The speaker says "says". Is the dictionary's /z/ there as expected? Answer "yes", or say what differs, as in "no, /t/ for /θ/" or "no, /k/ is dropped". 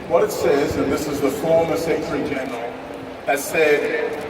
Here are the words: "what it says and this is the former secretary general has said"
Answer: yes